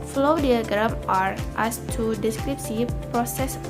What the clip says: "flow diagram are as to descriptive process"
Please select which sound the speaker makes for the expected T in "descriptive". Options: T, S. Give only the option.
S